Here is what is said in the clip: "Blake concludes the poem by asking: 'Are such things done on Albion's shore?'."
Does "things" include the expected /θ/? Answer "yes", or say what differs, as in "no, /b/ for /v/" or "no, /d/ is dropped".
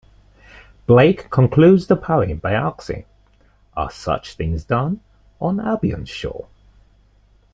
yes